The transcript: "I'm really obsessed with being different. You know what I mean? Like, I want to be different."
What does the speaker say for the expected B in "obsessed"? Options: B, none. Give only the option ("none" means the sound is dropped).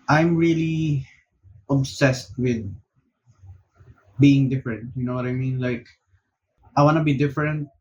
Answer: B